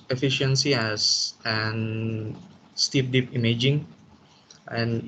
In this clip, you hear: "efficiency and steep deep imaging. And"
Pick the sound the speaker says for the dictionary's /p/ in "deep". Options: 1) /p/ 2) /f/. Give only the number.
1